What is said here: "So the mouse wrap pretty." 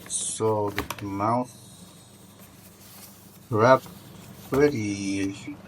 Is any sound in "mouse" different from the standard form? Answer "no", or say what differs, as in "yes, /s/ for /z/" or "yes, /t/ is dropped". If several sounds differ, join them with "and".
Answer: yes, /θ/ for /s/